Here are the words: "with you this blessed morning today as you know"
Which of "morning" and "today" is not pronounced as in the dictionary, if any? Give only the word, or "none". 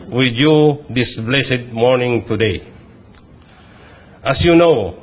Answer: none